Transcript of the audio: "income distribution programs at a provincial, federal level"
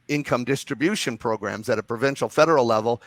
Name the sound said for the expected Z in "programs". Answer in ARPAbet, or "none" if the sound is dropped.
Z